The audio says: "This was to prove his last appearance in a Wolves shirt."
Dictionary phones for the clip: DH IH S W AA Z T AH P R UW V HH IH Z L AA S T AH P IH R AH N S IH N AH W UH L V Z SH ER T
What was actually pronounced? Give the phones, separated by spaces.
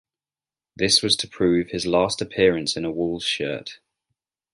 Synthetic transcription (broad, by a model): DH IH S W AA Z T AH P R UW V HH IH Z L AA S T AH P IH R AH N S IH N AH W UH L Z SH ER T